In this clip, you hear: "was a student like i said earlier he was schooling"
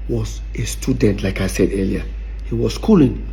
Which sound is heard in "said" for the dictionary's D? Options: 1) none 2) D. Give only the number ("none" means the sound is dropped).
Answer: 2